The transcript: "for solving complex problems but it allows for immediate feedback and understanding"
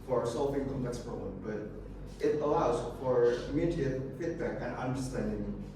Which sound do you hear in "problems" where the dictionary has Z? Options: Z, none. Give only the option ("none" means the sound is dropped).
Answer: none